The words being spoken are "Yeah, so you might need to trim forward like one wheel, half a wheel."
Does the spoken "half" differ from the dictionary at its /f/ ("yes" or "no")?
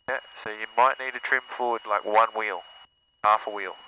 no